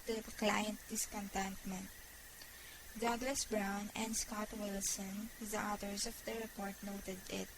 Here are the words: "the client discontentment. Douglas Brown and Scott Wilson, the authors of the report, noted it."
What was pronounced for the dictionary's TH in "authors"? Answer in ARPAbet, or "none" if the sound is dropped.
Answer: T